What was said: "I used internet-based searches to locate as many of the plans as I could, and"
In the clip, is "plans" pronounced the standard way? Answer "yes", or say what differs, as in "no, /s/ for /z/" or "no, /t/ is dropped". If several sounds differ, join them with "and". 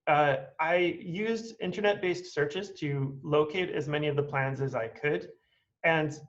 yes